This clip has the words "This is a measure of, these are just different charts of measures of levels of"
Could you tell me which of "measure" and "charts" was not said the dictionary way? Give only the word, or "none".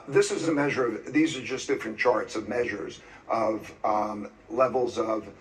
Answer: none